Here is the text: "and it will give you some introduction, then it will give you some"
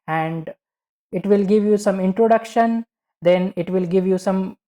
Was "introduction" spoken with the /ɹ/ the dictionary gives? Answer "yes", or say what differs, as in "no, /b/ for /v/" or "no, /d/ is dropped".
yes